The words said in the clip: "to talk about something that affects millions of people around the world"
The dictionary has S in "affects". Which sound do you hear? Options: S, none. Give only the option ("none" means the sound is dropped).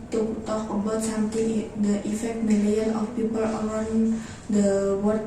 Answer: none